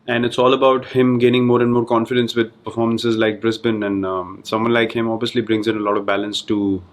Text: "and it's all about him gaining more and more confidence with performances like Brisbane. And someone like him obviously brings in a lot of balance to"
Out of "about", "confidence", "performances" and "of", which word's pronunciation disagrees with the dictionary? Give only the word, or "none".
none